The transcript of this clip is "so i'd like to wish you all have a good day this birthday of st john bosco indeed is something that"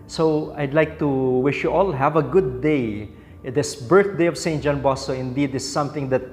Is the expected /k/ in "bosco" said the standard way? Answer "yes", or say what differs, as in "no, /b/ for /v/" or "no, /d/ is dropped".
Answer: no, /k/ is dropped